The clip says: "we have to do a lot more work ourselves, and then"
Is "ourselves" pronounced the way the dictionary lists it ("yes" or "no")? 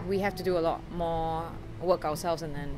no